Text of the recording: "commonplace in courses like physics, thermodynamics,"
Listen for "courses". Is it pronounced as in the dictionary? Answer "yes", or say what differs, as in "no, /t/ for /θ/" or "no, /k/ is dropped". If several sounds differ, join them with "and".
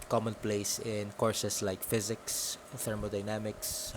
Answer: no, /s/ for /z/